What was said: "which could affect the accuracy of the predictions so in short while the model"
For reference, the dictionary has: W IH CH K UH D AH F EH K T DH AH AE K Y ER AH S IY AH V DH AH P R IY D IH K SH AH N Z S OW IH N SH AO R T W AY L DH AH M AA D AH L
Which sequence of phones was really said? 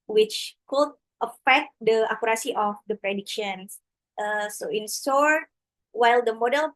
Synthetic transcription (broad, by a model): W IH CH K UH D AH F EH K T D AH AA K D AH S IY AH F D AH P R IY D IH K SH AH N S S OW IH N S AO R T W AY L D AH M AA D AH L